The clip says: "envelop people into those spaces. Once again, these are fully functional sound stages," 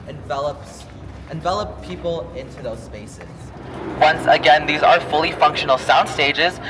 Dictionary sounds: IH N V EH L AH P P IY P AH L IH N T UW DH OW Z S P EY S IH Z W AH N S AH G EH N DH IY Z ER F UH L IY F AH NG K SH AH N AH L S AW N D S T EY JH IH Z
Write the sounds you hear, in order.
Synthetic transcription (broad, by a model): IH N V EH L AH P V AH P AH L IH N T UW DH OW Z S P EY S IH Z W AH N S AH G EH N DH IY Z ER F UH L IY F AH NG K SH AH N L S AW N D S T EY JH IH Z